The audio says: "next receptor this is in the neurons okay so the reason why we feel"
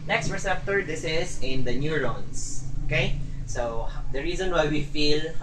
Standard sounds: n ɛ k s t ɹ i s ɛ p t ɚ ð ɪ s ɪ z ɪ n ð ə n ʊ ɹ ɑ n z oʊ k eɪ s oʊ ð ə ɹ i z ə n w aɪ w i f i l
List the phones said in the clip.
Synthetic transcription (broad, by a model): n ɛ k s t ɹ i s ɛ p t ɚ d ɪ s ɪ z ɪ n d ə n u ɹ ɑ n s oʊ k eɪ s oʊ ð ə ɹ i z ə n w aɪ w i f i l